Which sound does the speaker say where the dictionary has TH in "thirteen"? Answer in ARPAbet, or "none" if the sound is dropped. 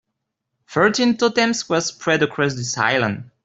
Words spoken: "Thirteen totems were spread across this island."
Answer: F